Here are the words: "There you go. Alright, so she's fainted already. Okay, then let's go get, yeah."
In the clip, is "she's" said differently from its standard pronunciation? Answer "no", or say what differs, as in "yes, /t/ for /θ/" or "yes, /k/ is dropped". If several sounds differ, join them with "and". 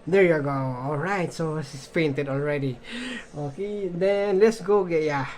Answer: yes, /s/ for /ʃ/